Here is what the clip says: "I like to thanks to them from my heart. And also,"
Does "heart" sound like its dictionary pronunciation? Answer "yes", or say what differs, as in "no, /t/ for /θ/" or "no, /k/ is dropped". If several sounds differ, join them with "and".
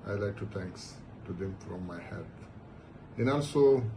no, /l/ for /ɹ/